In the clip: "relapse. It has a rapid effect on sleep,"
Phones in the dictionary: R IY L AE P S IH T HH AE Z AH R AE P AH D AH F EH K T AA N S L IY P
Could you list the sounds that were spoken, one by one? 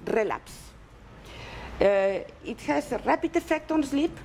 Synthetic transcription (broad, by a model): R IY L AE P S IH T HH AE S AH R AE P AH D AH F EH K T AA N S L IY P